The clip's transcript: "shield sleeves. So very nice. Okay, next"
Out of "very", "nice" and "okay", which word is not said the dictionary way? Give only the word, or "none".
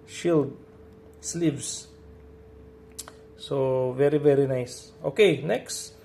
none